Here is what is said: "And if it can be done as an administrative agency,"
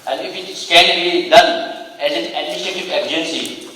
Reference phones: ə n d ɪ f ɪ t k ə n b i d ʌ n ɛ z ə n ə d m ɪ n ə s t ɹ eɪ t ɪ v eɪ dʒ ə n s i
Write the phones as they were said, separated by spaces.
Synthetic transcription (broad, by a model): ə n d ɪ f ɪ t k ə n b i d ʌ n ɛ z ə n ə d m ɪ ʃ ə t ɪ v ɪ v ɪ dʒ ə n s i